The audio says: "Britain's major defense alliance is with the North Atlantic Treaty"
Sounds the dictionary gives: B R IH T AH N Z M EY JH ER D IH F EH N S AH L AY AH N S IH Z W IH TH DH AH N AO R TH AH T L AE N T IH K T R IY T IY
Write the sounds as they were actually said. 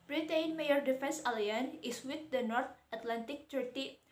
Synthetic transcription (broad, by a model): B R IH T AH N M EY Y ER D IH F EH N S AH L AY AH N IH S W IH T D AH N AO R T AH T L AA N T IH K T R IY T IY